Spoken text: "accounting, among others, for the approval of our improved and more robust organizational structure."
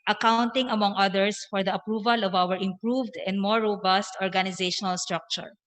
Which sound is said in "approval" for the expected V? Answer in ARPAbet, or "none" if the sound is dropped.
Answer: V